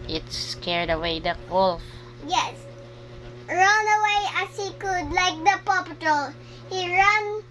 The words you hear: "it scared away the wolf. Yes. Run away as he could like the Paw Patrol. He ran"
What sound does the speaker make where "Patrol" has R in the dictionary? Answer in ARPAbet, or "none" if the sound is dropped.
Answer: none